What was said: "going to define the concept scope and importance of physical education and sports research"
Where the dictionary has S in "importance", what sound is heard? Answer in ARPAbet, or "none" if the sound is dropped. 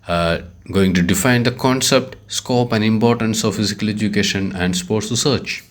S